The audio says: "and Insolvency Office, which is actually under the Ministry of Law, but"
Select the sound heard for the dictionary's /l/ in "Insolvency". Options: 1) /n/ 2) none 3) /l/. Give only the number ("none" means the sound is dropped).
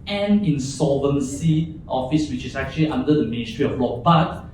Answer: 2